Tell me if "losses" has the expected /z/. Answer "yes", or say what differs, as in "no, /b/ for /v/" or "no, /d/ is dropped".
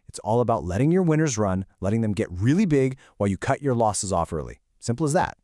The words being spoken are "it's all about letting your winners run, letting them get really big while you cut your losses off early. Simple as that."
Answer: yes